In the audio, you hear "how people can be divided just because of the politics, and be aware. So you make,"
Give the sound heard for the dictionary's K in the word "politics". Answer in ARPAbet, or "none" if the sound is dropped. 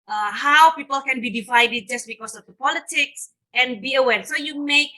K